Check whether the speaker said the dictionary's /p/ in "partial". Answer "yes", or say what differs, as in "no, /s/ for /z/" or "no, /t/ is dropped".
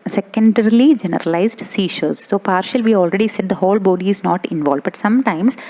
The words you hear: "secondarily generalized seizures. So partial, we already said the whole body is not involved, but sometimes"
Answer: yes